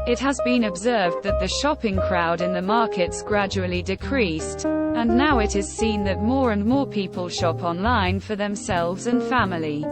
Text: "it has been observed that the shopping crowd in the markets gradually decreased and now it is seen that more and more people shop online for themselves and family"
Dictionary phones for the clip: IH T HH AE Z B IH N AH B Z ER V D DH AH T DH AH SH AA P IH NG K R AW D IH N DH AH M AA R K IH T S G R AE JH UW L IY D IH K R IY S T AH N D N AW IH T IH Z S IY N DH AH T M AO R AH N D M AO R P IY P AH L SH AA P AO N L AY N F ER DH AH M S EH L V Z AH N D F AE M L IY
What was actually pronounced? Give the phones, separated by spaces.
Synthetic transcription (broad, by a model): IH T HH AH Z B IH N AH B Z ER V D DH AH T DH AH SH AA P IH NG K R AW D IH N DH AH M AA R K IH T S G R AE JH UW L IY D IH K R IY S T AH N N AW IH T IH Z S IY N DH AH T M AO R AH N M AO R P IY P AH L SH AA P AO N L AY N F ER DH AH M S EH L V Z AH N F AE M L IY